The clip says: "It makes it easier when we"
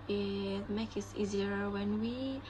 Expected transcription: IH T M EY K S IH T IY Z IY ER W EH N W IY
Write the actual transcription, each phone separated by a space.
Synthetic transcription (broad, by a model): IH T M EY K IH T IY Z IY ER W EH N W IY